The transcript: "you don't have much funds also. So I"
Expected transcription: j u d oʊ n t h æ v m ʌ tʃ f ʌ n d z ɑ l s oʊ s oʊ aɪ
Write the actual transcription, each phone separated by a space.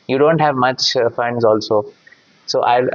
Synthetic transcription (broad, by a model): j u d oʊ n t h æ v m ʌ tʃ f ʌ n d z ɑ l s oʊ s oʊ aɪ